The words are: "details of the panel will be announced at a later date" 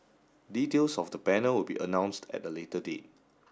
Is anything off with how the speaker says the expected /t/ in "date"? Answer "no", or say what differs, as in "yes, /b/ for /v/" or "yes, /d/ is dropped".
no